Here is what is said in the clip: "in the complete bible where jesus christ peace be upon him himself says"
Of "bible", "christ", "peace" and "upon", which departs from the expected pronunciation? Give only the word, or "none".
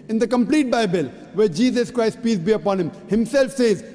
none